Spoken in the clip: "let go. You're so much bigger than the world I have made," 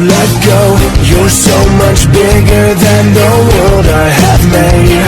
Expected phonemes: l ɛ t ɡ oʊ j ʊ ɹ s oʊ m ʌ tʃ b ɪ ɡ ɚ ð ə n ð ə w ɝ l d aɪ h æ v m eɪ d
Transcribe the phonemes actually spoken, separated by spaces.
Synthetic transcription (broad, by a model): l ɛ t ɡ oʊ j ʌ ɹ s oʊ m ʌ tʃ b ɪ ɡ ɚ ð ə n ð ə w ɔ d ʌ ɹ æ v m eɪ